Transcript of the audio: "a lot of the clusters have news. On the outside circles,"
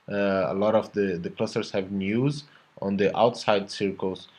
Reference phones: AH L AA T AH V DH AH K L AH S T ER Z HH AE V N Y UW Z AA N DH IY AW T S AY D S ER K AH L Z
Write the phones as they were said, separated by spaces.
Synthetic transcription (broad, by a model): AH L AA T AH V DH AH K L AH S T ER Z HH AE V N Y UW Z AA N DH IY AW T S AY D S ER K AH L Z